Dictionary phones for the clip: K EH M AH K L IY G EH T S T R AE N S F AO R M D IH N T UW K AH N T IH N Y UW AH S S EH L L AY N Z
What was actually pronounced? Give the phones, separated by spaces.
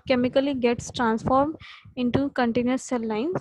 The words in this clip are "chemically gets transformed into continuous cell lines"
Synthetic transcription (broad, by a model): K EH M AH K L IY G EH T S T R AE N S F AO R M D IH N T UW K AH N T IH N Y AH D S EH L L AY N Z